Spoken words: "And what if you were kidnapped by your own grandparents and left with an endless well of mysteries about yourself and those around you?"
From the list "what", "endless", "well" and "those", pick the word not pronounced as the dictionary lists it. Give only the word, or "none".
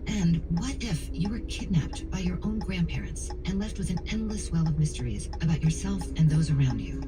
none